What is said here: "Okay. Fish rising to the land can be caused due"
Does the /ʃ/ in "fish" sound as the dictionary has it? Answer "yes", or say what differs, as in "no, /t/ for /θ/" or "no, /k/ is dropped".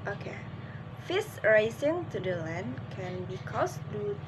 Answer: no, /s/ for /ʃ/